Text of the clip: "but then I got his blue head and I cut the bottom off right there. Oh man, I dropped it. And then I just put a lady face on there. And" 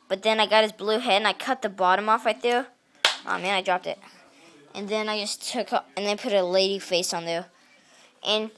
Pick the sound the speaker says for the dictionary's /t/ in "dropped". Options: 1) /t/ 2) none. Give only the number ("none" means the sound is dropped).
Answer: 1